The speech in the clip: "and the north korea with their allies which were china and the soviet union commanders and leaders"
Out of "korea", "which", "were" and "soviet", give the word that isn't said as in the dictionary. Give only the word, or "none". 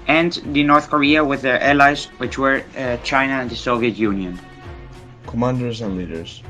none